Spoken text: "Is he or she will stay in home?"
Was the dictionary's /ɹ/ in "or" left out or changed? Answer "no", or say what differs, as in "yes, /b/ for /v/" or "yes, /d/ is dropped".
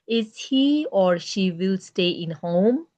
no